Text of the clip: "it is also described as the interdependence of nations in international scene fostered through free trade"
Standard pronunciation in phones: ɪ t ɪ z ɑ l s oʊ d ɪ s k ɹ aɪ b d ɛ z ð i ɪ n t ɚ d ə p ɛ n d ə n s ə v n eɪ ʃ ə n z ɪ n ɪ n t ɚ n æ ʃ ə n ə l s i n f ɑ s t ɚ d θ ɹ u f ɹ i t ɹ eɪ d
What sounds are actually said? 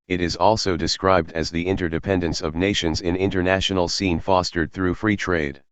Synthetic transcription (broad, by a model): ɪ t ɪ z ɑ l s oʊ d ɪ s k ɹ aɪ b d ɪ z ð i ɪ n t ɚ d ə p ɛ n d ə n s ə v n eɪ ʃ ə n z ɪ n ɪ n t ɚ n æ ʃ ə n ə l s i n f ɑ s t ɚ d θ ɹ u f ɹ i t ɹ eɪ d